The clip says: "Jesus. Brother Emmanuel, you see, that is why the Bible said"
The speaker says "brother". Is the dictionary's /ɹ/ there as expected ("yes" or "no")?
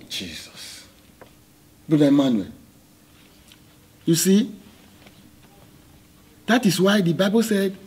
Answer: no